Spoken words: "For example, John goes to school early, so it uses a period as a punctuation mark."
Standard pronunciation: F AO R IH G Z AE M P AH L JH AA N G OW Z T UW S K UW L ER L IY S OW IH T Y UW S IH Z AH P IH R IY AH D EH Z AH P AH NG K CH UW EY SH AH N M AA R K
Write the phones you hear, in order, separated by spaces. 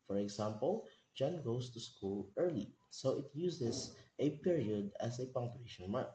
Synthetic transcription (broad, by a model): F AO R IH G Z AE M P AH L JH AA N G OW S T UW S K UW L ER L IY S OW IH T Y UW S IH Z AH P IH R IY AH D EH S AH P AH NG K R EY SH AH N M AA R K